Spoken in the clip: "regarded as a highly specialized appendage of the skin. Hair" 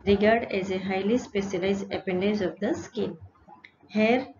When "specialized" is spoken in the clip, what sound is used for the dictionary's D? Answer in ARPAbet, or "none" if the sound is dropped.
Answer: none